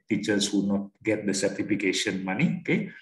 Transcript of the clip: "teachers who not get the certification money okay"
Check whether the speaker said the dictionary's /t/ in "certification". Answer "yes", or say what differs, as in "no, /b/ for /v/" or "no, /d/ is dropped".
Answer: yes